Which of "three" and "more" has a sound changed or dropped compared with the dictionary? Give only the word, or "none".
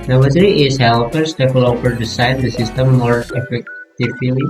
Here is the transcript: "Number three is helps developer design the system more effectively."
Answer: three